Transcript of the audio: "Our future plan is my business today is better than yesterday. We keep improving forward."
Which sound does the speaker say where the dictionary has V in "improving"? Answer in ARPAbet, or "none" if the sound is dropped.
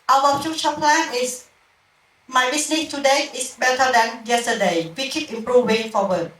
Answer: W